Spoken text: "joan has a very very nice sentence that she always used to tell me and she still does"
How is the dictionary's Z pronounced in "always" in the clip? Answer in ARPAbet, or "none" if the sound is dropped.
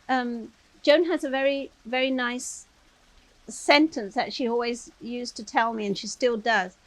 Z